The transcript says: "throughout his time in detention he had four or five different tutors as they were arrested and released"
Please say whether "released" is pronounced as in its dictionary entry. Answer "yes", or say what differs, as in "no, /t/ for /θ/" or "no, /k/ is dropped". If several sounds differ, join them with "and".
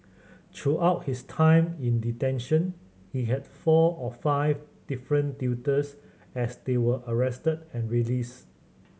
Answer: no, /t/ is dropped